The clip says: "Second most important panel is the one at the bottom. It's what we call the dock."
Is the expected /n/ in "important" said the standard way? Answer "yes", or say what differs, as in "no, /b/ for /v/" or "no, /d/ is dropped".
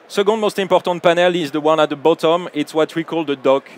no, /n/ is dropped